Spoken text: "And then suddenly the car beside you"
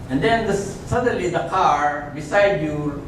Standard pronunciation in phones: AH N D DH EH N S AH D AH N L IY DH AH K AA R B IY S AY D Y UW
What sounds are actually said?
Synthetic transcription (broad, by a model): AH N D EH N S AH D AH N L IY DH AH K AA R B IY S AY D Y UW